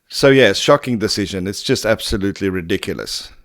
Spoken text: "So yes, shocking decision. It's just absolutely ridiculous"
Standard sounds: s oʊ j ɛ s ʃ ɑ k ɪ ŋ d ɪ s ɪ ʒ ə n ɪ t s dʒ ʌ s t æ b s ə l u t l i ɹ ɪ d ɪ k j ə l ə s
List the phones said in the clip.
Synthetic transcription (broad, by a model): s oʊ j ɛ s ʃ ɑ k ɪ ŋ d ɪ s ɪ ʒ ə n ɪ t s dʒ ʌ s t æ b s ə l u t l i ɹ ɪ d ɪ k j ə l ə s